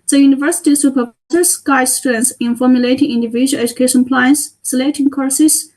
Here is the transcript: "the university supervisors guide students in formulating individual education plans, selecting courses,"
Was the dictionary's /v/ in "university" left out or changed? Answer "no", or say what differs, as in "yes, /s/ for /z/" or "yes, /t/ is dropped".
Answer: no